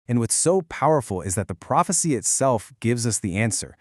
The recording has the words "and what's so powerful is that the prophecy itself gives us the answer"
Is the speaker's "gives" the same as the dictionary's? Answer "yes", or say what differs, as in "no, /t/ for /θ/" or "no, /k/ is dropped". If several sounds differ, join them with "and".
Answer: yes